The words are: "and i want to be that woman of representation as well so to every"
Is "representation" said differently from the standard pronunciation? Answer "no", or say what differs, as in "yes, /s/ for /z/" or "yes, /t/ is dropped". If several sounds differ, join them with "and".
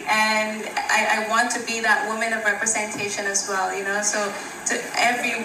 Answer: no